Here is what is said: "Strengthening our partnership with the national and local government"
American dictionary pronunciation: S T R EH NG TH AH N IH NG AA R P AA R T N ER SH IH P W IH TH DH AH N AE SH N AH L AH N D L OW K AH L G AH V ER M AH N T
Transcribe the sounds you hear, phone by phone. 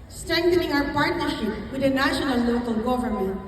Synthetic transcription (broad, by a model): S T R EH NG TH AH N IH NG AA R P AA R T N ER SH IH P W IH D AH N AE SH AH N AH L OW K AH L G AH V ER M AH N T